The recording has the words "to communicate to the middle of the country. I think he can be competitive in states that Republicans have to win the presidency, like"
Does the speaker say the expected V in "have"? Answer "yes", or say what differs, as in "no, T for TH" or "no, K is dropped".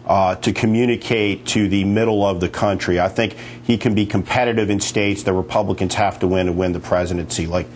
no, F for V